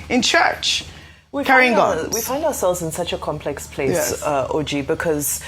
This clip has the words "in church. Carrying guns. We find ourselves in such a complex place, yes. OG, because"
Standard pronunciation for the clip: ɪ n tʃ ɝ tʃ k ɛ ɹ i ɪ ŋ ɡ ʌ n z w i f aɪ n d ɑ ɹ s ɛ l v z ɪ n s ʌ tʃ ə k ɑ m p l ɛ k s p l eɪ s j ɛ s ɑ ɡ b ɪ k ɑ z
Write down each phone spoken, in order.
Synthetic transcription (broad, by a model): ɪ n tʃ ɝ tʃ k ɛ ɹ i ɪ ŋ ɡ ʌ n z w i f aɪ n d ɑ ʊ s ɛ l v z ɪ n s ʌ tʃ ə k ɑ m p l ɛ k s p l eɪ s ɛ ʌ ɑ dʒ b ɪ k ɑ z